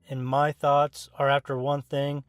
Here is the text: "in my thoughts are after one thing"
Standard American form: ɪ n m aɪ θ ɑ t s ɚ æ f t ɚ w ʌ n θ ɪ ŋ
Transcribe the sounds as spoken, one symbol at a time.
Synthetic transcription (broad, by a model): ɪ n m aɪ θ ɑ t s ɚ æ f t ɚ w ʌ n θ ɪ ŋ